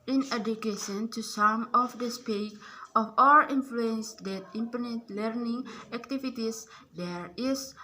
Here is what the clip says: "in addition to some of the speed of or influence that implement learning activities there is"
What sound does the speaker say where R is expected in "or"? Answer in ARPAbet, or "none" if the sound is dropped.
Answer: L